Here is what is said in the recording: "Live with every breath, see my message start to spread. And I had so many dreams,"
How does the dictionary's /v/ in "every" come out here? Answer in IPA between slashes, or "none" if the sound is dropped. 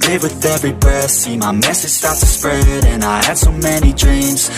/v/